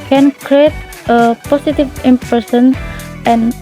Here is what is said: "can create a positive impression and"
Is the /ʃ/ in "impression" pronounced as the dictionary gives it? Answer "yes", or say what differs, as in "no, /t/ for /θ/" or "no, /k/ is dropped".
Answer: no, /s/ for /ʃ/